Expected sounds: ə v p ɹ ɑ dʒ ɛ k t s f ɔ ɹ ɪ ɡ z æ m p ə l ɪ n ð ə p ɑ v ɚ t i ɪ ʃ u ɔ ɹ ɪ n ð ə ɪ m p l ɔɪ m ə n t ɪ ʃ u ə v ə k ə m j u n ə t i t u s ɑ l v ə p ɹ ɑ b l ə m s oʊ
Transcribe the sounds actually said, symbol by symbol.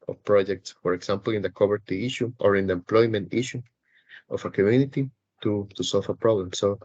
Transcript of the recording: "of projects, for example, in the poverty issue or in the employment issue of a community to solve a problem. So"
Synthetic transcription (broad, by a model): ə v p ɹ ɑ dʒ ɛ k t s f ɔ ɹ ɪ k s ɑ m p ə l ɪ n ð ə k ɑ b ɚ t i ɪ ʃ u ɔ ɹ ɪ n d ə ɪ m p l ɔɪ m ə n t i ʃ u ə f ə k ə m j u n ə t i t u s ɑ l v ə p ɹ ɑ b l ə m s oʊ